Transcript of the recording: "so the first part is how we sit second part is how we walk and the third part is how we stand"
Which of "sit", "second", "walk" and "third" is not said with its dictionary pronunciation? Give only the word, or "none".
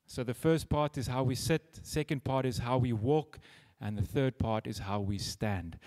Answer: none